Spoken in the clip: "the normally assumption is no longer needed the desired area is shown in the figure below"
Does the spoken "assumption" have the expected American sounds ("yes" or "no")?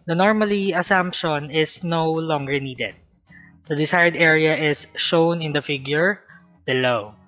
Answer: yes